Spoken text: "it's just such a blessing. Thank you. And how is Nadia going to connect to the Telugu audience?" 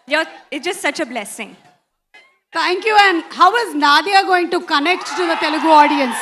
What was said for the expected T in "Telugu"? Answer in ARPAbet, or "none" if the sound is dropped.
T